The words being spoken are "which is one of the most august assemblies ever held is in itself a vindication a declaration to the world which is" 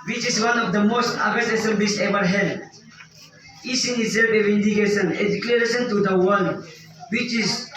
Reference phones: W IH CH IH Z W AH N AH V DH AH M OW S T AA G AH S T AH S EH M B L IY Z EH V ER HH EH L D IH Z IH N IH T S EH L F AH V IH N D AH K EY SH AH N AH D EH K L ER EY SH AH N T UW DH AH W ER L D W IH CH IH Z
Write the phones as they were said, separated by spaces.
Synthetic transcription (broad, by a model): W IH CH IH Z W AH N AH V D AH M OW S T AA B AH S AH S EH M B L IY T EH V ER HH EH D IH S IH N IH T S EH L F AH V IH N D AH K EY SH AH N AH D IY K L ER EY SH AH N T UW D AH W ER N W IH CH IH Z